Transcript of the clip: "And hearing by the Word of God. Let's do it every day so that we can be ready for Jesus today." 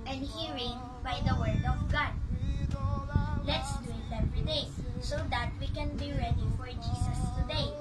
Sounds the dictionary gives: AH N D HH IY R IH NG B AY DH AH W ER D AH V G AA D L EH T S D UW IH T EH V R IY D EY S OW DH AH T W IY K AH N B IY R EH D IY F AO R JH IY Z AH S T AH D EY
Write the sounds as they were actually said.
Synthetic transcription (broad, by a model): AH N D HH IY R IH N B AY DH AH W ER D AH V G AA D L EH T S D UW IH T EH P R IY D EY S OW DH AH T W IY K AH N B IY R EH D IY F AO R JH IY S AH S T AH D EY